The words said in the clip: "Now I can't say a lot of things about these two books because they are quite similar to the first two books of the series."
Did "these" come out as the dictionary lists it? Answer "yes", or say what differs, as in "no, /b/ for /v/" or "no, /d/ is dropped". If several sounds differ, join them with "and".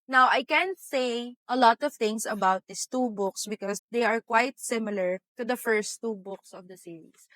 no, /s/ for /z/